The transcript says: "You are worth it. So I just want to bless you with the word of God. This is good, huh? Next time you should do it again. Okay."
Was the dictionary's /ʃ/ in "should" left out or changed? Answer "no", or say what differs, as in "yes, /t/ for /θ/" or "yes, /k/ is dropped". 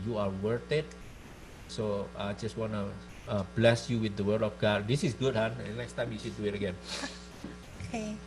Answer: yes, /s/ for /ʃ/